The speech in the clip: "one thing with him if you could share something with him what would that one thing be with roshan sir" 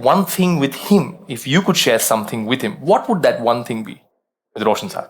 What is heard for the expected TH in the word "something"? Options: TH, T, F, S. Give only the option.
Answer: TH